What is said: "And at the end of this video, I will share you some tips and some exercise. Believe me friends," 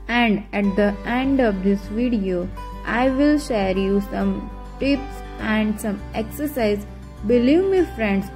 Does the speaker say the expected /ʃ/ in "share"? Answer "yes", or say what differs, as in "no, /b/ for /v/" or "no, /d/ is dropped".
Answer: yes